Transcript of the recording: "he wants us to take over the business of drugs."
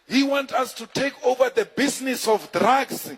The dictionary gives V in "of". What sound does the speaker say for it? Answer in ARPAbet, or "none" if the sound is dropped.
F